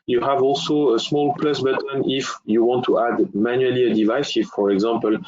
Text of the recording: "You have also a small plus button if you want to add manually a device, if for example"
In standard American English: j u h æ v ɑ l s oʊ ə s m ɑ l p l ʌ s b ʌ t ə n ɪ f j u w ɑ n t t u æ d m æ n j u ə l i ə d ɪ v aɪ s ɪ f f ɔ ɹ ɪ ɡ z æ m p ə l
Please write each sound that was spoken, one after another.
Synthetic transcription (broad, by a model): j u h æ v ɑ l s oʊ ə s m ɑ l p l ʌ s b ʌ t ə n ɪ f j u w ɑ n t t u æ d m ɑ n j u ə l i ə d ɪ v aɪ s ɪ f f ɔ ɹ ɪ ɡ z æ m p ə l